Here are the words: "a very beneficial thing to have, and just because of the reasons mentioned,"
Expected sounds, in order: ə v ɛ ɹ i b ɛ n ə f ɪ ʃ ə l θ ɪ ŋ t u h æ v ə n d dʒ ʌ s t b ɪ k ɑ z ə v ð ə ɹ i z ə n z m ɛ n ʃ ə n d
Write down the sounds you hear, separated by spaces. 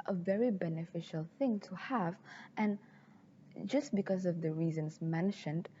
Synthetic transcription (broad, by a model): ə v ɛ ɹ i b ɛ n ə f ɪ ʃ ə l θ ɪ ŋ t u h æ v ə n dʒ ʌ s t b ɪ k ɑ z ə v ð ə ɹ i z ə n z m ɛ n ʃ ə n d